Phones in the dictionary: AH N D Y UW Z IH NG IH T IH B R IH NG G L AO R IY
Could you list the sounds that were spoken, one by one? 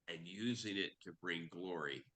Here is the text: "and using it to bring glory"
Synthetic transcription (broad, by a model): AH N Y UW Z IH NG IH T IH B R IH NG G L AO R IY